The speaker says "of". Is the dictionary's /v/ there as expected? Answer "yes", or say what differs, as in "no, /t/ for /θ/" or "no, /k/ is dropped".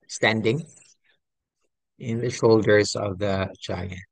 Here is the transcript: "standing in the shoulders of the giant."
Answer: yes